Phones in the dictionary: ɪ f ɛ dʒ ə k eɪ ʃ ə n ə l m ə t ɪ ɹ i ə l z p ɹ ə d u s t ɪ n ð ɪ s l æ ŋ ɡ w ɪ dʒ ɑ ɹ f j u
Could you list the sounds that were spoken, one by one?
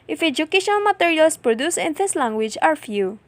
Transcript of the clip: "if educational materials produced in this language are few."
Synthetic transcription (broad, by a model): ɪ f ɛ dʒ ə k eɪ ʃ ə n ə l m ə t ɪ ɹ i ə l s p ɹ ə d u s ɪ n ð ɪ s l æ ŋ ɡ w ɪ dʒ ɑ ɹ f j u